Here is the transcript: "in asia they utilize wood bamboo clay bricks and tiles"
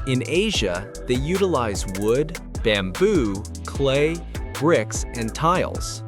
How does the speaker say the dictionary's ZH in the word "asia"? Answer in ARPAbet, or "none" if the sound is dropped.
ZH